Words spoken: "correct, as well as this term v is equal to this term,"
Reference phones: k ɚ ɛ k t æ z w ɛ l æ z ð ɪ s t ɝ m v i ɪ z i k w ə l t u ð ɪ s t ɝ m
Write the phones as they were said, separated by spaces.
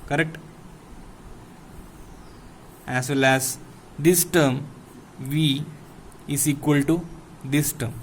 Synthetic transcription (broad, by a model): k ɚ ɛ k t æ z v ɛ l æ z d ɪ s t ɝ m v i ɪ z i k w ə l t u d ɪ s t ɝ m